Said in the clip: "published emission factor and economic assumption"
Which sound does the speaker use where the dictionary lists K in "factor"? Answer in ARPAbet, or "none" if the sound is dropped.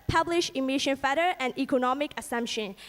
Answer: none